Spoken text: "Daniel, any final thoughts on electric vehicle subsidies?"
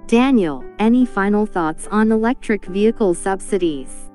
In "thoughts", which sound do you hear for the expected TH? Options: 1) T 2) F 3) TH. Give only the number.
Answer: 3